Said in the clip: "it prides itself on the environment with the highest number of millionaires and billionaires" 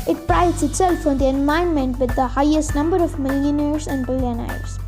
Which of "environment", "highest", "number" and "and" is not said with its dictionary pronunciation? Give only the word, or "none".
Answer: environment